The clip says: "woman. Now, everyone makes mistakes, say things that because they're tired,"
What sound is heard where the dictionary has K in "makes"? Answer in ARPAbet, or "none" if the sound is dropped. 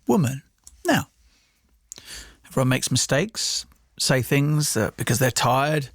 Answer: K